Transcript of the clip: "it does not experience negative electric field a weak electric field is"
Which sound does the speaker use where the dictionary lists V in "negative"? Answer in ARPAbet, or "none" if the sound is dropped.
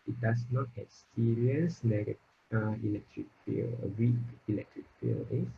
none